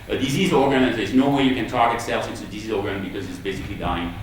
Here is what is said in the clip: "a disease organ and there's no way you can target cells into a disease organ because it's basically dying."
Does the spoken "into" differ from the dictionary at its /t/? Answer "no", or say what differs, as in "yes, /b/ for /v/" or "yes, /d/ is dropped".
yes, /s/ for /t/